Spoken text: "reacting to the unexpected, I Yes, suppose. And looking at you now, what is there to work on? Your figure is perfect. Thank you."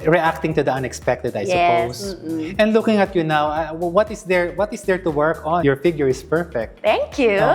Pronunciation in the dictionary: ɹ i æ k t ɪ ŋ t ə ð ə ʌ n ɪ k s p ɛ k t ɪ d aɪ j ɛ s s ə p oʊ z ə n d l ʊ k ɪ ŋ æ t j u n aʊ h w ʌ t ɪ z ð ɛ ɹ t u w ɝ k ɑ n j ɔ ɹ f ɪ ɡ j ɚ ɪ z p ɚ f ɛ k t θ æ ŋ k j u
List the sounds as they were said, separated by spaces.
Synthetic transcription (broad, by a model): ɹ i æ k t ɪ ŋ t ə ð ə ʌ n ɪ k s p ɛ k t ɪ d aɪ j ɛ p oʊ s ə n d l ʊ k ɪ ŋ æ t j u n aʊ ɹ w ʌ t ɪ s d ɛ ɹ t u w ɝ k ɑ n j ɔ ɹ f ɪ ɡ j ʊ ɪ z p ɚ f ɛ k t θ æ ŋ k j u